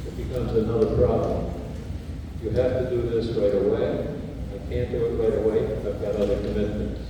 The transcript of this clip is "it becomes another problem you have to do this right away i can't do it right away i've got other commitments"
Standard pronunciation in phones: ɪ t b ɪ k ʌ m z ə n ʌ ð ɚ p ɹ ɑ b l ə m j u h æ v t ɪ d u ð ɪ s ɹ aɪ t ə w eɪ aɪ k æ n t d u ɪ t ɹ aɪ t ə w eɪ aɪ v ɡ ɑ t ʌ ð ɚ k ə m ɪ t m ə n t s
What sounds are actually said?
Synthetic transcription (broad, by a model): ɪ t b ɪ k ʌ m z ə n ʌ ð ɚ p ɹ ɑ b l ə m j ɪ h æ f t ɪ d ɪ ð ɪ s ɹ aɪ t ə w eɪ aɪ k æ n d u ɪ t ɹ aɪ t ə w eɪ aɪ v ɡ ɑ t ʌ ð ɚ k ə m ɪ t m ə n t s